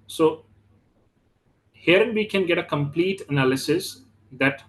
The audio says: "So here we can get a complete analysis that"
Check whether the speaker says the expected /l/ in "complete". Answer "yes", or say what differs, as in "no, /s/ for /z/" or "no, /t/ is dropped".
yes